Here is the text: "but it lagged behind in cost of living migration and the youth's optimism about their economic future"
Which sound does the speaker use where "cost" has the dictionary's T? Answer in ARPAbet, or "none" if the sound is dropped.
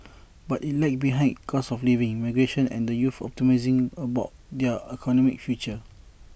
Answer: none